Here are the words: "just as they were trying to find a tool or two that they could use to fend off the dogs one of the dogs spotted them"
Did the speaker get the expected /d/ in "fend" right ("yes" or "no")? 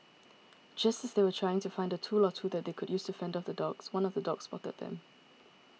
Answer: yes